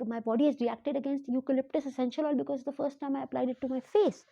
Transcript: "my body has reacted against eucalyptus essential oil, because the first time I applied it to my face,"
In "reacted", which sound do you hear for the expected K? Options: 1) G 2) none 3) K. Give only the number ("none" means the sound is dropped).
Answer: 3